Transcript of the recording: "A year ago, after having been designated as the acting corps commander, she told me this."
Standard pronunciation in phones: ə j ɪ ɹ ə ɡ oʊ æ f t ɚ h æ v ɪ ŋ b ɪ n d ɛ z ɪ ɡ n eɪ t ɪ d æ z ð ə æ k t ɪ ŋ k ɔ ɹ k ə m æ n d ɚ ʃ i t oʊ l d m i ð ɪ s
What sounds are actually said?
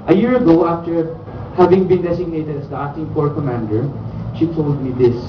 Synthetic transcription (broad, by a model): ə j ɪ ɹ ə ɡ oʊ æ f t ɚ h æ v ɪ ŋ b ɪ n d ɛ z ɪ ɡ n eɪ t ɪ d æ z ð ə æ t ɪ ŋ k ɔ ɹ k ə m æ n d ɚ ʃ i t oʊ l d m i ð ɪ s